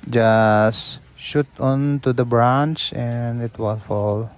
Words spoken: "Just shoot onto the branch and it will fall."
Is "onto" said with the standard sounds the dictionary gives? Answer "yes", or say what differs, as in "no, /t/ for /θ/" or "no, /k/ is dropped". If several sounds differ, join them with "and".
yes